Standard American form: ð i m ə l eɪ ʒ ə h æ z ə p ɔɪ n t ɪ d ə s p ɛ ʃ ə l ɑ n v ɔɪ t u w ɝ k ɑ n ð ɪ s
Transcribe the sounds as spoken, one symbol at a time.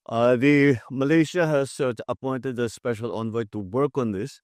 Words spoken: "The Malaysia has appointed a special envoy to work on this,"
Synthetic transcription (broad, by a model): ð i m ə l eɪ ʃ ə h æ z ə p ɔɪ n t ɪ d ə s p ɛ ʃ ə l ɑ n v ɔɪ t u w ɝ k ɑ n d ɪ s